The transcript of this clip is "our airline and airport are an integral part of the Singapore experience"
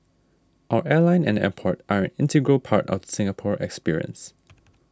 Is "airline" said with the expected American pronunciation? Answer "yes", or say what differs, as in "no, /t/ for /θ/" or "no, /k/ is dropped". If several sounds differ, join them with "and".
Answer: yes